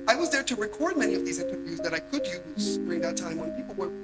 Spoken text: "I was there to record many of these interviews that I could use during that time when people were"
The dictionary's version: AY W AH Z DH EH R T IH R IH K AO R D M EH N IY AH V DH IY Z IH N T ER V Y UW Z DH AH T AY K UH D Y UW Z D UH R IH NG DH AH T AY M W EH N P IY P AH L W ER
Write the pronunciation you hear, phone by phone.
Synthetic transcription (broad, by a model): AY W AH Z DH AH R T IH R IH K AO R D M EH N IY AH V DH IY Z IH N T ER V Y UW Z DH AH T AY K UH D Y UW Z D UH R IH NG DH AH T AY M W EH N P IY P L W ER